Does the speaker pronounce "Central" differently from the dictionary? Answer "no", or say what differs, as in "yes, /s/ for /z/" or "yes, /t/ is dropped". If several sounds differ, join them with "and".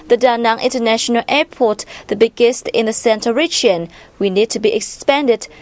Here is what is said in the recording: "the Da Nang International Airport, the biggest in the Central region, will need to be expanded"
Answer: yes, /ɹ/ is dropped